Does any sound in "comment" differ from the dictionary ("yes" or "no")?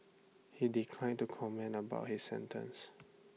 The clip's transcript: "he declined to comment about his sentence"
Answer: yes